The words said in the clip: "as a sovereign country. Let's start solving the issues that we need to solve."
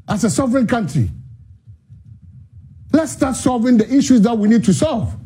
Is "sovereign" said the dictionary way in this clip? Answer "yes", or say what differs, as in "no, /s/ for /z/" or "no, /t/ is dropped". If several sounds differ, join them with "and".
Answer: yes